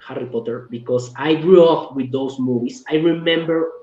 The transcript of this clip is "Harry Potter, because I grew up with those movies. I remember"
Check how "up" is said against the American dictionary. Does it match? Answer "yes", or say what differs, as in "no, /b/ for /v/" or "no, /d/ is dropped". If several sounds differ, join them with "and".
no, /f/ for /p/